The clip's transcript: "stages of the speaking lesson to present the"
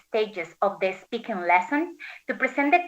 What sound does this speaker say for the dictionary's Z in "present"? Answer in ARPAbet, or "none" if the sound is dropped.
S